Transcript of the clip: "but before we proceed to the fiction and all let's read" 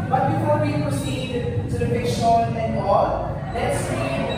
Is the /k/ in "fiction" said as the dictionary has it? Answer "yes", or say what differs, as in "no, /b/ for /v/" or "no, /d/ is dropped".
no, /k/ is dropped